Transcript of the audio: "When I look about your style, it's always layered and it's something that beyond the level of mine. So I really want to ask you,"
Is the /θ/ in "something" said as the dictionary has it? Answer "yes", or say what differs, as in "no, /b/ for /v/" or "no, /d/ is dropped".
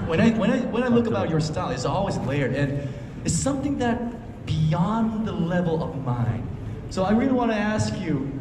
yes